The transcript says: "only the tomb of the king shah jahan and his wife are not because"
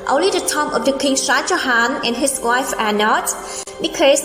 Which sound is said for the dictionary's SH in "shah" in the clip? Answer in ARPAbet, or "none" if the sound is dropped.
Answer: S